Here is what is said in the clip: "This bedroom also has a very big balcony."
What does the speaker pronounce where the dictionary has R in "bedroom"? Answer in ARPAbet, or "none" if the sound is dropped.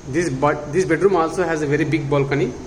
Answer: R